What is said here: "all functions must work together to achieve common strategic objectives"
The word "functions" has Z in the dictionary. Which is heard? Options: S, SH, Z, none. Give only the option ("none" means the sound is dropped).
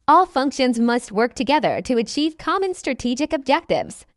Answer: Z